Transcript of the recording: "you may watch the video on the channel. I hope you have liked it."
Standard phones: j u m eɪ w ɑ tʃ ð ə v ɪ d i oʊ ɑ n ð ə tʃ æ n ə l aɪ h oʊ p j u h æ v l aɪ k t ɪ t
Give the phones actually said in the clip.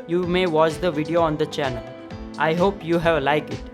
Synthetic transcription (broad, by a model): j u m eɪ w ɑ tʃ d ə v ɪ d i oʊ ɑ n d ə tʃ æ n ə l aɪ h oʊ p j u h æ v l aɪ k ɪ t